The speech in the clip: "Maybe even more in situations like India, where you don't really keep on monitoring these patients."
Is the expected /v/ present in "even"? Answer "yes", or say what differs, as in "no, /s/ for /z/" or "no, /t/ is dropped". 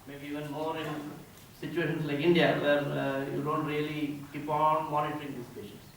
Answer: yes